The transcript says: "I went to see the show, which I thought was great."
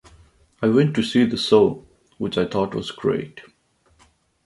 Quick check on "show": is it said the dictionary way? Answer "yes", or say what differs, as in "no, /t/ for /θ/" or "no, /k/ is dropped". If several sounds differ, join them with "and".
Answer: no, /s/ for /ʃ/